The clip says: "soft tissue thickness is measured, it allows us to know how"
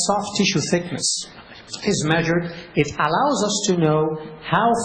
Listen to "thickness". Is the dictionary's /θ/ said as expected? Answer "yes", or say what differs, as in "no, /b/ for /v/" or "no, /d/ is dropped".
yes